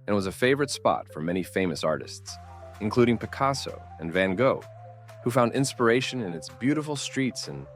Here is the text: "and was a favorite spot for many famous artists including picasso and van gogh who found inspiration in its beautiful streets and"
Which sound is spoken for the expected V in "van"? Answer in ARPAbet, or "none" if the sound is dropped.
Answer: V